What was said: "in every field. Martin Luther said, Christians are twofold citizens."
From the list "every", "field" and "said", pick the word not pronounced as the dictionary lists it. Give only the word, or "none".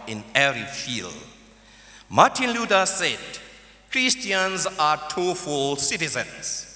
every